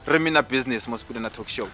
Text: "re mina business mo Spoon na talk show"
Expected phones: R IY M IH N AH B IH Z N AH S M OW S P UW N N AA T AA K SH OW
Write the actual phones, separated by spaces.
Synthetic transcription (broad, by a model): R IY M IH N AH B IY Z N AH S M OW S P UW L N AA T AA K SH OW